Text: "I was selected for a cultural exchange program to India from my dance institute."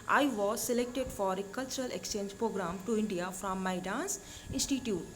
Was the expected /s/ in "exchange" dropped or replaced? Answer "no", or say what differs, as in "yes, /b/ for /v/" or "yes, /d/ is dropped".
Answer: no